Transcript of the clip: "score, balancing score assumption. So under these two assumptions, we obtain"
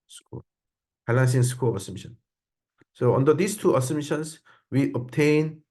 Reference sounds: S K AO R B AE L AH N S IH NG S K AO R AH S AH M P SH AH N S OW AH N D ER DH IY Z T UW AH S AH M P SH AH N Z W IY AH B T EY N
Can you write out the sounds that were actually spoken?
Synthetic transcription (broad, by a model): S K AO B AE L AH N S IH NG S K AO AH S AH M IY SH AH N S OW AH N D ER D IY S T UW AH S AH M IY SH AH N S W IY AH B T EY N